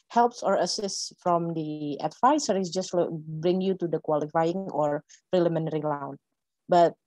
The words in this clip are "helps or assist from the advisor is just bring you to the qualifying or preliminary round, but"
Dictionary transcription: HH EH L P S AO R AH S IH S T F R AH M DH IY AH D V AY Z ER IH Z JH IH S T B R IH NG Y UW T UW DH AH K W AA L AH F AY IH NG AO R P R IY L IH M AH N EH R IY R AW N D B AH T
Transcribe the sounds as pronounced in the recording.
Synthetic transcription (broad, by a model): HH EH L P S AO R AH S IH S T F R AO M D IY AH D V AY S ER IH S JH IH S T B R IH NG Y UW T UW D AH K W AA L AH F AY IH NG AO R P R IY L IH M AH N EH R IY L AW N B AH T